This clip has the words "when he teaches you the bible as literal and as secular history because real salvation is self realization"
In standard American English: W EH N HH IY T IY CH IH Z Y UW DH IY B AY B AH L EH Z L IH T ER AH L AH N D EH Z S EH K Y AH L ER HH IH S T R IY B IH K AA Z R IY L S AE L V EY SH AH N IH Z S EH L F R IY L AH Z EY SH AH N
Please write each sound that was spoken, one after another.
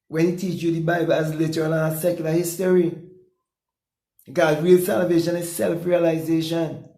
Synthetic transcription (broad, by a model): W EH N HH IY T IY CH Y UW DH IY B AY B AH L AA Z L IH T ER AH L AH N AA S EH K Y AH L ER HH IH S T IY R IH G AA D R IY L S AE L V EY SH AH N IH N S EH L F R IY L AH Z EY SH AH N